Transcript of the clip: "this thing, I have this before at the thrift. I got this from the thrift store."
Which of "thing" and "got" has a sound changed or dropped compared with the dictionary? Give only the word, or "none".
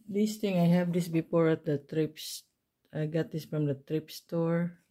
thing